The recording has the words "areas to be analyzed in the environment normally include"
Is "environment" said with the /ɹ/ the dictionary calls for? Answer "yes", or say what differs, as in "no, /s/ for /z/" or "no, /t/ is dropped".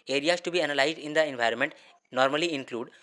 yes